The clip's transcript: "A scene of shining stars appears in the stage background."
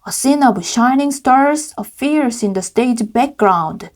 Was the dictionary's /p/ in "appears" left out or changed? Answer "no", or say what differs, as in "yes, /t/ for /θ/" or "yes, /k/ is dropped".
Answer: yes, /f/ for /p/